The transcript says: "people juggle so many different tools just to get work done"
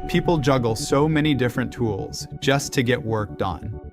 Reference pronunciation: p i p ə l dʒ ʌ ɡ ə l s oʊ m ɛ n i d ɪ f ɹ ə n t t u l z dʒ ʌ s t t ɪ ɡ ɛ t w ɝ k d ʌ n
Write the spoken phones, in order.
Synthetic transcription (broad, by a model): p i p l dʒ ʌ ɡ l s oʊ m ɛ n i d ɪ f ɹ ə n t t u l z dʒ ʌ s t t ɪ ɡ ɛ t w ɝ k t n